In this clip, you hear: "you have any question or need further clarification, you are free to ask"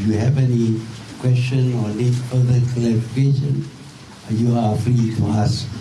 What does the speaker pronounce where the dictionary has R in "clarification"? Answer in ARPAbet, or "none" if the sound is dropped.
L